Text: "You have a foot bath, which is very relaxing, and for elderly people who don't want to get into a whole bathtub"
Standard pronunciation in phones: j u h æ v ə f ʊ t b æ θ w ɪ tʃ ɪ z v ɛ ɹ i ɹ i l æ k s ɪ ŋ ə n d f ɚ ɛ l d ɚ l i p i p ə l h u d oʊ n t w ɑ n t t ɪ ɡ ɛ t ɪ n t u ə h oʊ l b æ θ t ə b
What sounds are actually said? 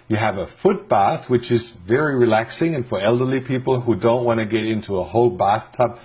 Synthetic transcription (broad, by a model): j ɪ v ə f ʊ t b æ θ w ɪ tʃ ɪ z v ɛ ɹ i ɹ i l æ k s ɪ ŋ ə n f ɚ ɛ l d ɚ l i p i p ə l h u d oʊ n t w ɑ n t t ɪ ɡ ɛ t ɪ n t u ə h oʊ l b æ θ t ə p